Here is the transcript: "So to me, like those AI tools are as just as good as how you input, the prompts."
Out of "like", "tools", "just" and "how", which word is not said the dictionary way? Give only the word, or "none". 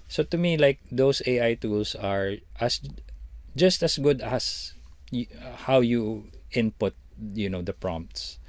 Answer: tools